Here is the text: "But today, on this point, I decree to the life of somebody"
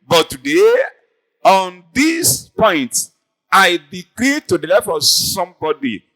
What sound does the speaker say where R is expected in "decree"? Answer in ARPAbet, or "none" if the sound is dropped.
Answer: L